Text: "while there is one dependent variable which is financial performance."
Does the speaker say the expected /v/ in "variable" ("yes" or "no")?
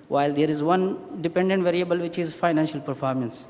yes